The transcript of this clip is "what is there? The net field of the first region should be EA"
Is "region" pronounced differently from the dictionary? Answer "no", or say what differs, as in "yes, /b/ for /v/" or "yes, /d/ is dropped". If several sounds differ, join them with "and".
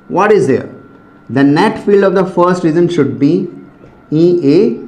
yes, /z/ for /dʒ/